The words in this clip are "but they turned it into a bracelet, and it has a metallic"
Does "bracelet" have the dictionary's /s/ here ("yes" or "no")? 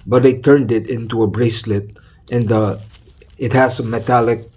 yes